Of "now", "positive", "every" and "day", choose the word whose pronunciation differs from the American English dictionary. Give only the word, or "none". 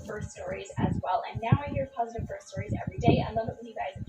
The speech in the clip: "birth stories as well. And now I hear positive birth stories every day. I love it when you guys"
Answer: none